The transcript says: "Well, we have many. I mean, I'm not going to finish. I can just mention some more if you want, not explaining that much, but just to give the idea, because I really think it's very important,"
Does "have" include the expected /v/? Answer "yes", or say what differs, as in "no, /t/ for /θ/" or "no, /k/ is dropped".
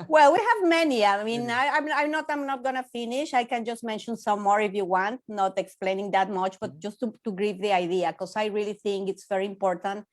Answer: yes